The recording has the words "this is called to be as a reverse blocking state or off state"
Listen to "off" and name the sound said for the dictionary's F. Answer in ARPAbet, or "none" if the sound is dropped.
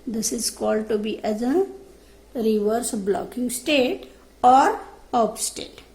P